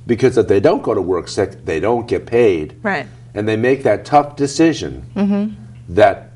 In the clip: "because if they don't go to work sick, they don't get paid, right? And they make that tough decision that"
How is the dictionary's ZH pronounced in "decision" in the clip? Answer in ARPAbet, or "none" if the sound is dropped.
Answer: ZH